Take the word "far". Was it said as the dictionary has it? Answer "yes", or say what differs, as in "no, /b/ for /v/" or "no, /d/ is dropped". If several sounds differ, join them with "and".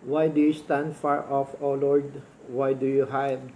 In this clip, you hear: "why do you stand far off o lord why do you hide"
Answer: yes